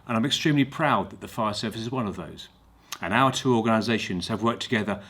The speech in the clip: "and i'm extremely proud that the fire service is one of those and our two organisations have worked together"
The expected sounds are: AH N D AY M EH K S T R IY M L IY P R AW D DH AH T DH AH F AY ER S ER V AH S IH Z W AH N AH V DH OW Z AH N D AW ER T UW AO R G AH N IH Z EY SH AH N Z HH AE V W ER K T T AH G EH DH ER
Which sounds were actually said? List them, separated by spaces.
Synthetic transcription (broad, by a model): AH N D AY M EH K S T R IY M L IY P R AW D DH AH T DH AH F AY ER S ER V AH S IH Z W AH N AH V DH OW Z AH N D AW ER T UW AO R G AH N IH Z EY SH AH N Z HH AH V W ER K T T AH G EH DH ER